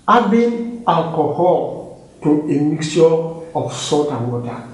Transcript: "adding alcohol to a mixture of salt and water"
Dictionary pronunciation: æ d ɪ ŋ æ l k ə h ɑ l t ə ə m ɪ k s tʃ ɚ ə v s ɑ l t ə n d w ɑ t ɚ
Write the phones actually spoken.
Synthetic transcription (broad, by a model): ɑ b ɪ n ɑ l k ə h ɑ l t ə ə m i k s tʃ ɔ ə f s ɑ t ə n w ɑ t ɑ